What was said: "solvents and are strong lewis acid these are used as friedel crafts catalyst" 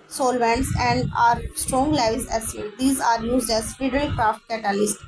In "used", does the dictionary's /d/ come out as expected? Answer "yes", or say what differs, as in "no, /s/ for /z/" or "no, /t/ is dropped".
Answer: yes